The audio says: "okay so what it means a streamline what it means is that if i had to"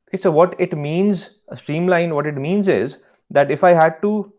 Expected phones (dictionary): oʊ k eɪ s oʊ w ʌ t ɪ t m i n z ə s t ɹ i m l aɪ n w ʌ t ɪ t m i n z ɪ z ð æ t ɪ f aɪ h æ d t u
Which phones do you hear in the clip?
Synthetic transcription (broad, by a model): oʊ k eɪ s oʊ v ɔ t ɪ t m i n z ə s t ɹ i m l aɪ n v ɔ t ɪ t m i n z ɪ z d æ t ɪ f aɪ h æ d t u